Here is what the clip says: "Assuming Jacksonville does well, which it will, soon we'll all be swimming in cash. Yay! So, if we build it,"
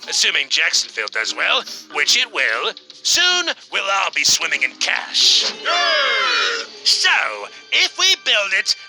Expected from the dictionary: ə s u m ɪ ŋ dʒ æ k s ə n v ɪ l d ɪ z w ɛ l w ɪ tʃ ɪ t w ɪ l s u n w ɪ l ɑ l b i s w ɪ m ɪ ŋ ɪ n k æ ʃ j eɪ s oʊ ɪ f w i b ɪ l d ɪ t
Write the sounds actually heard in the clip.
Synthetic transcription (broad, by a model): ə s u m ɪ ŋ dʒ æ k s n f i l d ɪ z w ɛ l w ɪ tʃ ɪ t w ɪ l s u n w ɪ l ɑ l b i s w ɪ m ɪ ŋ ɪ n k æ ʃ s oʊ ɪ f w i b ɪ l d ɪ t